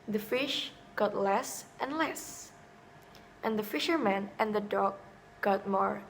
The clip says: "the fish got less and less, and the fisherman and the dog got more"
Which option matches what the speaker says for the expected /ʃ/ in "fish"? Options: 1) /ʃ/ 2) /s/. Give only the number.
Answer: 1